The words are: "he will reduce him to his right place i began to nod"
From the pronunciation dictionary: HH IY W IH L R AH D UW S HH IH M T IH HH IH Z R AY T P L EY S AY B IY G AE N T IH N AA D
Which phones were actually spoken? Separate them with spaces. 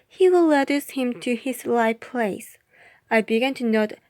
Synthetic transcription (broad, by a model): HH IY W IH L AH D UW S HH IH M T IH HH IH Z L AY P L EY S AY B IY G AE N T IH N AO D